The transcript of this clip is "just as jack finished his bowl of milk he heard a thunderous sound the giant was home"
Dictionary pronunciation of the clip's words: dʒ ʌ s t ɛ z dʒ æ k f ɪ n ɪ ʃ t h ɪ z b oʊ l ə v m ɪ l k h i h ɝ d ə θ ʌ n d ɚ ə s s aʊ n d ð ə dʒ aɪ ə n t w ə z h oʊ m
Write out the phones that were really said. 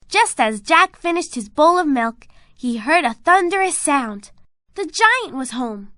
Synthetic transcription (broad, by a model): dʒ ʌ s t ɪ z dʒ æ k f ɪ n ɪ ʃ t h ɪ z b oʊ l ə v m ɪ l k h i h ɝ d ə θ ʌ n d ɚ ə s s aʊ n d ð ə dʒ aɪ ə n t w ə z h oʊ m